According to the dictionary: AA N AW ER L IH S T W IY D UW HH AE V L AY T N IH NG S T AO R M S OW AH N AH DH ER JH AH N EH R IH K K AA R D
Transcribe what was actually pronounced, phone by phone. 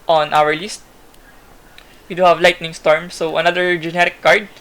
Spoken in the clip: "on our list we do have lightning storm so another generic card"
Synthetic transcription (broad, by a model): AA N AW ER L IH S T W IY D UW HH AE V L AY T N IH NG S T AO R M S OW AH N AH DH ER JH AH N EH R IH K K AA R D